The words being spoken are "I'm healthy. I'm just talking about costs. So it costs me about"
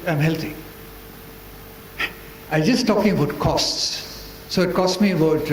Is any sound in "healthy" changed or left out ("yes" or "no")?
yes